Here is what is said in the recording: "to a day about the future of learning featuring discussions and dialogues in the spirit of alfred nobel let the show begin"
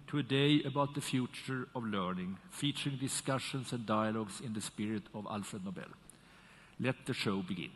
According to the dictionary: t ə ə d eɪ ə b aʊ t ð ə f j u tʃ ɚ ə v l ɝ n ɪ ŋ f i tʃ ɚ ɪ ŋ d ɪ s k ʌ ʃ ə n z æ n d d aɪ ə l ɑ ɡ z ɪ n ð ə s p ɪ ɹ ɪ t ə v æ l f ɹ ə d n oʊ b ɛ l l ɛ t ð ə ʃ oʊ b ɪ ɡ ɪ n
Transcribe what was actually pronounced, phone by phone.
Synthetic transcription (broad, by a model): t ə ə d eɪ ə b aʊ t ð ə f j u tʃ ɚ ə v l ɝ n ɪ ŋ f i tʃ ɚ ɪ ŋ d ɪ s k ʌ ʃ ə n s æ n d d aɪ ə l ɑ ɡ s ɪ n ð ə s p ɪ ɹ ɪ t ə v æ l f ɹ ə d n oʊ b ɛ l l ɛ t ð ə ʃ oʊ b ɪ ɡ ɪ n